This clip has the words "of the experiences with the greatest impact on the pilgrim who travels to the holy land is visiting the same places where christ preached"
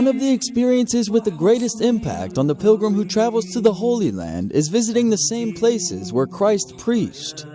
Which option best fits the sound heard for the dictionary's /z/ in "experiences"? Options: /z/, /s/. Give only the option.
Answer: /z/